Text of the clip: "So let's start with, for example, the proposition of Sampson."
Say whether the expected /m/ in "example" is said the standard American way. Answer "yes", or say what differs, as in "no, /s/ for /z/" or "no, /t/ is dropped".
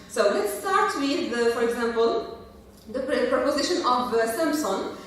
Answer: yes